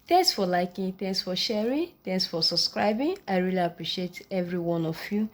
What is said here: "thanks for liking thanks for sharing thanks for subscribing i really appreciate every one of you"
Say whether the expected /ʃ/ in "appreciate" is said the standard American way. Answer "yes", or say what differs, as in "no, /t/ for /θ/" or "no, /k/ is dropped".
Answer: yes